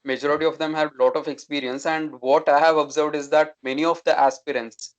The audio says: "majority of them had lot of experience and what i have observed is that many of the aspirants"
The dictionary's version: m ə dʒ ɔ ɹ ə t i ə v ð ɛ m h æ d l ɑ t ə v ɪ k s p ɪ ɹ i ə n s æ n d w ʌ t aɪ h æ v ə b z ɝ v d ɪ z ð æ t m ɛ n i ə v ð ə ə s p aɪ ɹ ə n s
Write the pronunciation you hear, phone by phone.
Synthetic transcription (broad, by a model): m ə dʒ ɔ ɹ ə t i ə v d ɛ m h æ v l ɑ t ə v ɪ k s p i ɹ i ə n s æ n d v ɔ t aɪ h æ v ə b z ɝ v d ɪ z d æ t m ɛ n i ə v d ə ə s p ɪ ɹ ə n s